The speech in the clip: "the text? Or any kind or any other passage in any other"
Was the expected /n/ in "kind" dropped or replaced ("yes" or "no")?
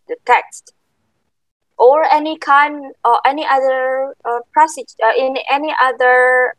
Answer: no